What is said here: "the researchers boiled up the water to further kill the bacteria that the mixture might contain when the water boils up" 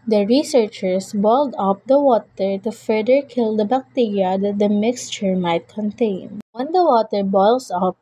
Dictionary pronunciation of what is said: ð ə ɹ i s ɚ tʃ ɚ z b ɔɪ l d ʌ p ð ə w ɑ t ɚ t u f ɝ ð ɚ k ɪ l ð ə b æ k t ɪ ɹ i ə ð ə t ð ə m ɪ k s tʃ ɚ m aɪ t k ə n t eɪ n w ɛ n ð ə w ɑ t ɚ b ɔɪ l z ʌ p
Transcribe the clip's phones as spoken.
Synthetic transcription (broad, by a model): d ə ɹ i s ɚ tʃ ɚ s b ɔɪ l d ʌ p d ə w ɑ t ɚ t u f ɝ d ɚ k ɪ l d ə b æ k t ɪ ɹ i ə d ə t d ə m ɪ k s tʃ ɚ m aɪ t k ə n t eɪ n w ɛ n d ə w ɑ t ɚ b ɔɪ l s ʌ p